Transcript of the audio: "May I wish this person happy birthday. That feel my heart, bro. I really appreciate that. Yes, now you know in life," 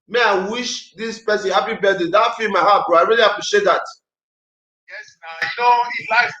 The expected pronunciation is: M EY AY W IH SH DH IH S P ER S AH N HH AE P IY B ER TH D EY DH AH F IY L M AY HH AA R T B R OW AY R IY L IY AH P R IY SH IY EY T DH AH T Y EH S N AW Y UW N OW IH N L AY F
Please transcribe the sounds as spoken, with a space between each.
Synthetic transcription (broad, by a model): M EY AY W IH SH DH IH S P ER S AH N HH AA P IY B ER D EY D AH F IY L M AY HH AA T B OW AY R IY L IY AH P R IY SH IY EY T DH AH T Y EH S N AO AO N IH L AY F